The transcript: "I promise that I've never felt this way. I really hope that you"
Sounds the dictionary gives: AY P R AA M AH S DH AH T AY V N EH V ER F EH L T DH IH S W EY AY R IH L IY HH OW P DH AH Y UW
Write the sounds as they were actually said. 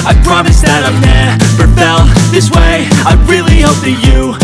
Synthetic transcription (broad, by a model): AY P R AA M AH S DH AH T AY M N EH P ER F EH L DH IH S W EY AY R IH L IY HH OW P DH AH Y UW